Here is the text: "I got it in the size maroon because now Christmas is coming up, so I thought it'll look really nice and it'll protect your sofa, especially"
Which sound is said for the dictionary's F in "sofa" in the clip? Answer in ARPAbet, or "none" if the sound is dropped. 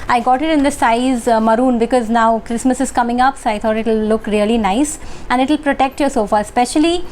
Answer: F